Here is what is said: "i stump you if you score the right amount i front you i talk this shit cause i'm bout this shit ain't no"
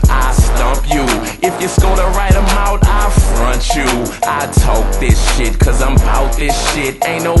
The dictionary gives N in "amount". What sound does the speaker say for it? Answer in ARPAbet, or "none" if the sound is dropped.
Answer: none